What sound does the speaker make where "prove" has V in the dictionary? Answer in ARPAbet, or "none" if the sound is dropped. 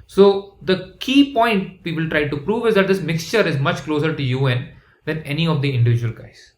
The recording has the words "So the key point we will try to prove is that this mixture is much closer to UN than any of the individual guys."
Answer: V